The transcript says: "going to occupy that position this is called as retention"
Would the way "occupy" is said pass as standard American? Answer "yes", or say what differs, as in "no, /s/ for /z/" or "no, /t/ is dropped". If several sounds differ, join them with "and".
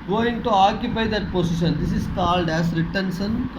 no, /b/ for /p/